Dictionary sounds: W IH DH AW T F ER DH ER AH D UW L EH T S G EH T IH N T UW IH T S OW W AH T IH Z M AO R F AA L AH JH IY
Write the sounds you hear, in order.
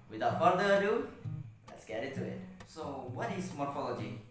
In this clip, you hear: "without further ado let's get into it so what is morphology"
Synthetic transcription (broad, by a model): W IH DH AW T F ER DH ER AH D UW L EH T S G EH T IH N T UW IH T S OW W AH T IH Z M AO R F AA L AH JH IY